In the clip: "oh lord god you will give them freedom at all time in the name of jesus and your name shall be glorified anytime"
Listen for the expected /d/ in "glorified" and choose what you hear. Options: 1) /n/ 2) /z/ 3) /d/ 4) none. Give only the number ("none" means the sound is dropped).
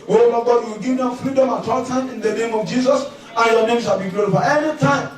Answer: 4